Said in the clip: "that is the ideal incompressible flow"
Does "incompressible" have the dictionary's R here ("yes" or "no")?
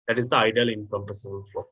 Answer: no